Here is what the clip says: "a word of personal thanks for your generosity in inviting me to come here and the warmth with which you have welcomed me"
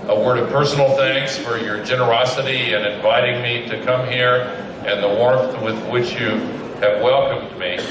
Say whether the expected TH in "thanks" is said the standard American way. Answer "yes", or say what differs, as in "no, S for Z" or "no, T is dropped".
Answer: yes